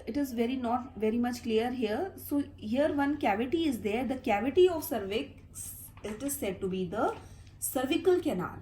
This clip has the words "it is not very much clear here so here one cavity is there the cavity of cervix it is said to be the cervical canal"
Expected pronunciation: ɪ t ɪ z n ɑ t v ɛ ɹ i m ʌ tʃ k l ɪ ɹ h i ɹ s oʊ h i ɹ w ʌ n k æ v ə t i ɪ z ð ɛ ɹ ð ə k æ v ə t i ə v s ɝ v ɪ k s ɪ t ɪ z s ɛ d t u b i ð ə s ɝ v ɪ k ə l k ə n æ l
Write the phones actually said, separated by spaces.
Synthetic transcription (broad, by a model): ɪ t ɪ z n ɑ t v ɛ ɹ i m ʌ tʃ k l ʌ ɹ h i ɹ s oʊ h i ɹ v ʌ n k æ v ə t i ɪ z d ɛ ɹ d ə k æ v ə t i ə v s ɝ v ɪ k s ɪ t ɪ z s ɛ d t u b i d ə s ɝ v ɪ k ə l k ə n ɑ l